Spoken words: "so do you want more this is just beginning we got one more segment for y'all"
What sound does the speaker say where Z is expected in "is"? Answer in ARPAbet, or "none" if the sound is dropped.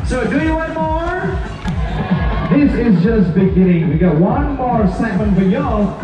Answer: Z